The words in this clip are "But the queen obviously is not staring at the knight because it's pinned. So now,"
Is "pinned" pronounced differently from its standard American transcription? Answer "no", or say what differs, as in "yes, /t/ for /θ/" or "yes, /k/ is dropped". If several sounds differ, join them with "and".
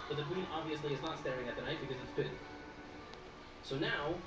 yes, /n/ is dropped